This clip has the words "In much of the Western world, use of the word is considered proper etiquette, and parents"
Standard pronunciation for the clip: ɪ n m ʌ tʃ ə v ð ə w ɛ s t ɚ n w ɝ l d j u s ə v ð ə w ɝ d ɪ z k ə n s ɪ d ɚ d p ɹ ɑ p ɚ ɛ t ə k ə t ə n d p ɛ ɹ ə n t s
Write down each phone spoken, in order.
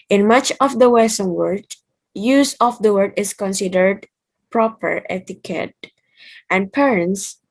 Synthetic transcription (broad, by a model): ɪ n m ʌ tʃ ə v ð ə w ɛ s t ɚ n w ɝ d j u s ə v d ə w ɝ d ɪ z k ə n s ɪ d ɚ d p ɹ ɑ p ɚ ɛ t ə k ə t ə n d p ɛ ɹ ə n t s